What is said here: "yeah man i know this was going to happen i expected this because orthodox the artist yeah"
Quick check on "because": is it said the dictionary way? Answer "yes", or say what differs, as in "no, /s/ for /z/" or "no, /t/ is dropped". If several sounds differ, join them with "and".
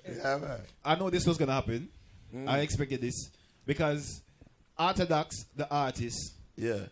yes